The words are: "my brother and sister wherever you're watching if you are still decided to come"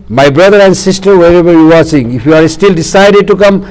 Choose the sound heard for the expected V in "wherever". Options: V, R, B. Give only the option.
B